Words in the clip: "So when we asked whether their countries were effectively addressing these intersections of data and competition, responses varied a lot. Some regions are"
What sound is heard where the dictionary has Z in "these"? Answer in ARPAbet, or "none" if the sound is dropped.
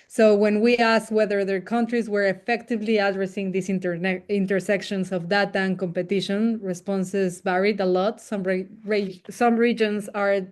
S